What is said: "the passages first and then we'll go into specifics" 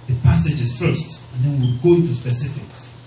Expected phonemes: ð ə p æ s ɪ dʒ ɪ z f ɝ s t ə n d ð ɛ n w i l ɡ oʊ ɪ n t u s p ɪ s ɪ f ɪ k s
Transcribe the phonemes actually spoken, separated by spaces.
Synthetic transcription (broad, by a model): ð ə p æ s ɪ dʒ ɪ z f ɝ s t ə n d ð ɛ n w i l ɡ oʊ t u s p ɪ s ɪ f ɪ k s